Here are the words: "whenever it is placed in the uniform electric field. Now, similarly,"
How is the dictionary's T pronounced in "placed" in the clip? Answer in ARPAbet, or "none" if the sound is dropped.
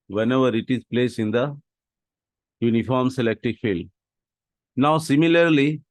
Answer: none